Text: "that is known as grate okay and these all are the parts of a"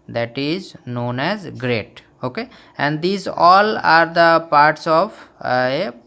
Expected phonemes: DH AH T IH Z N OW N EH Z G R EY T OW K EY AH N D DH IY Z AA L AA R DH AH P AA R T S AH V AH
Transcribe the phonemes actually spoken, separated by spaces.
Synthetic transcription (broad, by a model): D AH T IH Z N OW N EH Z G R EY T OW K EY AH N D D IY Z AA L AA R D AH P AA R T S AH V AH